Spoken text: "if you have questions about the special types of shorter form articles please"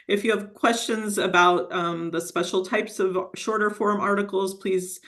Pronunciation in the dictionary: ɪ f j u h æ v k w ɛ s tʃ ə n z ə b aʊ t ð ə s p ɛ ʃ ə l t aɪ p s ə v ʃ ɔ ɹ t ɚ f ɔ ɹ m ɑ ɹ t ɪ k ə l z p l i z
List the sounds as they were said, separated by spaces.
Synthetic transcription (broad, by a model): ɪ f j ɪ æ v k w ɛ s tʃ ə n z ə b aʊ t ð ə s p ɛ ʃ l t aɪ p s ə v ʃ ɔ ɹ t ɚ f ɔ ɹ m ɑ ɹ t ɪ k l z p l i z